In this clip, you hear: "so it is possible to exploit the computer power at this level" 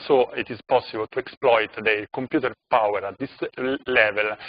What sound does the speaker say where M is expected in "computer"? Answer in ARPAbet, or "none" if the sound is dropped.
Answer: M